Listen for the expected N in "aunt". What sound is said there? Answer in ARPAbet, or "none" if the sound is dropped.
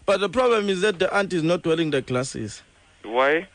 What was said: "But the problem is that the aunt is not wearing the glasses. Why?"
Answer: N